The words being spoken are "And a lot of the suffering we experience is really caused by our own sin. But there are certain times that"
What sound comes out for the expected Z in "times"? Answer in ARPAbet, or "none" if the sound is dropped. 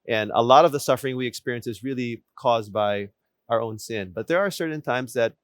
Z